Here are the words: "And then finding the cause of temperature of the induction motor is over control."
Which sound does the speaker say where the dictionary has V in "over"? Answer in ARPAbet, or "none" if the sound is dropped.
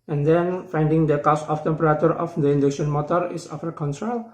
F